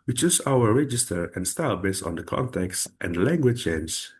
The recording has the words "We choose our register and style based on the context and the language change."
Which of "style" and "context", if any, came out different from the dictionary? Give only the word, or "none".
none